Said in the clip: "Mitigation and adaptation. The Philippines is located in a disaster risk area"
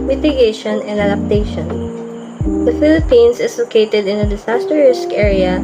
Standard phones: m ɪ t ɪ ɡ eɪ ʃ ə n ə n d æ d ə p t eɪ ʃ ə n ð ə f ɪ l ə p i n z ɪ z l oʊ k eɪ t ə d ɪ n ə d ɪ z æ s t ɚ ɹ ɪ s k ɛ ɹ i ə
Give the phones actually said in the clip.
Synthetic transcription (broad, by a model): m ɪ t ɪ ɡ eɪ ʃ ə n ə n d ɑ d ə p t eɪ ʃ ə n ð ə f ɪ l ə p i n s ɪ s l oʊ k eɪ t ə d ɪ n ə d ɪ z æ s t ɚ ɹ ɪ s k ɛ ɹ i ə